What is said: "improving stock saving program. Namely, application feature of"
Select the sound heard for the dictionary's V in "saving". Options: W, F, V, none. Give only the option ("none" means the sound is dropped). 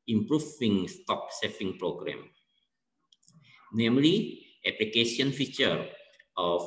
F